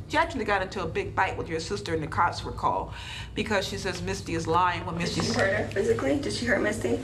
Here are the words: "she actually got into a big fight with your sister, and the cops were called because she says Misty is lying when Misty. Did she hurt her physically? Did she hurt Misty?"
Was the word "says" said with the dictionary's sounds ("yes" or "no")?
yes